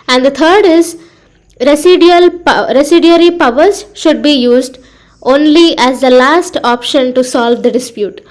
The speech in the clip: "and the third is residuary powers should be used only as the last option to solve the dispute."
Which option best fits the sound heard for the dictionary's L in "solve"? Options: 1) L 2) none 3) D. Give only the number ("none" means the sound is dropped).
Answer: 1